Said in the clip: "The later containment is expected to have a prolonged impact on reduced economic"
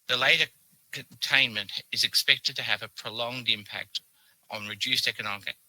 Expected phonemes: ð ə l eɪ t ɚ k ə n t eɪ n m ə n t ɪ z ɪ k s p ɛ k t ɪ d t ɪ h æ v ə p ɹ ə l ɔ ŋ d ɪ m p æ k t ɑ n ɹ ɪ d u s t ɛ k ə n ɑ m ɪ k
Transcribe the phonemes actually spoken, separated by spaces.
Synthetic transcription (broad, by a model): ð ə l eɪ t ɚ k ə n t eɪ n m ə n t ɪ z ɪ k s p ɛ k t ɪ d t ɪ v ə p ɹ ə l ɔ ŋ d ɪ m p æ k t n ɹ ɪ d u s t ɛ k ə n ɑ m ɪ k